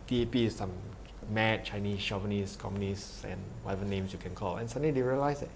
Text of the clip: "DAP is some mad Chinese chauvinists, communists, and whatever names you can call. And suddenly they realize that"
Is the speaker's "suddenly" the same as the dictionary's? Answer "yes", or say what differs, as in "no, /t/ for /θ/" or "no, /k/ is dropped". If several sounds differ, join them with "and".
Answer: no, /l/ is dropped